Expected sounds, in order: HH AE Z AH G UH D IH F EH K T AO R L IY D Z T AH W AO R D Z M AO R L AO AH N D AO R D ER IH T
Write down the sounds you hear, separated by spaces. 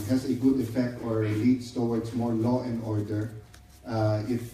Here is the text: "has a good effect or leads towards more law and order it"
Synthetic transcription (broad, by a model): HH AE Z AH G UH D IH F EH K T AO R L IY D S T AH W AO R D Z M AO R L AO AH N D AO R D ER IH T